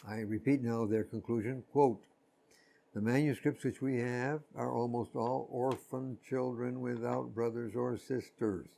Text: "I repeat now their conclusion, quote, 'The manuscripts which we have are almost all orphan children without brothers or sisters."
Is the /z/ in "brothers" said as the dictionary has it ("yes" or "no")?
yes